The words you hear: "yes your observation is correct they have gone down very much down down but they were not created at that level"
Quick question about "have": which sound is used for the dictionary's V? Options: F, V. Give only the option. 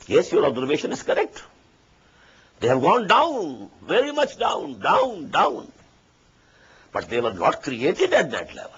V